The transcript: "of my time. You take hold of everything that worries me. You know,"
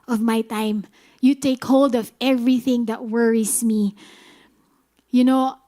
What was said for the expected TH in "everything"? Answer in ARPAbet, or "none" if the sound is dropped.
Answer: TH